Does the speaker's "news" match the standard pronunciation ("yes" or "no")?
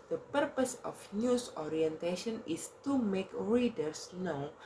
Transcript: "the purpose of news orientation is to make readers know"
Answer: no